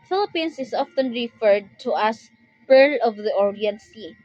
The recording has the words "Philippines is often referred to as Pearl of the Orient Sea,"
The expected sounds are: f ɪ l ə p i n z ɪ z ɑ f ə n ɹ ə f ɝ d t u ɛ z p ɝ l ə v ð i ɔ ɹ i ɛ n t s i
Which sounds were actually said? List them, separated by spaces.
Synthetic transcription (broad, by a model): f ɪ l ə p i n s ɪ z ɑ f ə n ɹ ə f ɝ d t u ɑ s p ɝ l ə v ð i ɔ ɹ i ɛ n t s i